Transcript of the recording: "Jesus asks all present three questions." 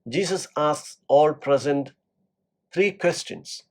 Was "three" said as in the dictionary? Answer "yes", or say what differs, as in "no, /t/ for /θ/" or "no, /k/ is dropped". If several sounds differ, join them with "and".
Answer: no, /t/ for /θ/